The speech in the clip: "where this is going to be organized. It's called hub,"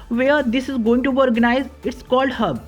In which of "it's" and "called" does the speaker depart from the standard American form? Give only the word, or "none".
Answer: none